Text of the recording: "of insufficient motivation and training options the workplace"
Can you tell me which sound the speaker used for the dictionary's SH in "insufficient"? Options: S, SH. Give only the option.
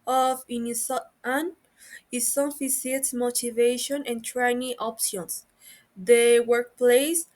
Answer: S